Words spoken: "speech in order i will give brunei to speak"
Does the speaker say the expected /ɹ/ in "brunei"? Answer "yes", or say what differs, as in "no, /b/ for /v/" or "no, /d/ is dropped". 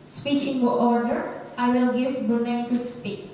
no, /ɹ/ is dropped